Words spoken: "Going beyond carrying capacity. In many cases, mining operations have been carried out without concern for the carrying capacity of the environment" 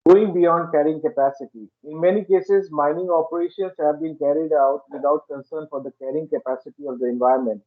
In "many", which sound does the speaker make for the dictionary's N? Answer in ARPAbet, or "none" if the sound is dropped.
N